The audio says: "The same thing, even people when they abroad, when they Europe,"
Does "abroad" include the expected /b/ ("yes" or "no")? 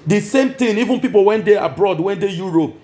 yes